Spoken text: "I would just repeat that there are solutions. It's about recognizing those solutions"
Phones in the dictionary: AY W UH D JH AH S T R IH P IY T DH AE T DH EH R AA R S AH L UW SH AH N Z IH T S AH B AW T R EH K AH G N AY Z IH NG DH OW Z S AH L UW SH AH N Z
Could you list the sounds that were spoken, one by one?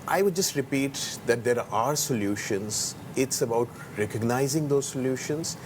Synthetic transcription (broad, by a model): AY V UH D JH AH S T R IH P IY T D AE T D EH R AA R S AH L UW SH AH N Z IH T S AH B AW T R EH K AH G N AY Z IH NG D OW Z S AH L UW SH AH N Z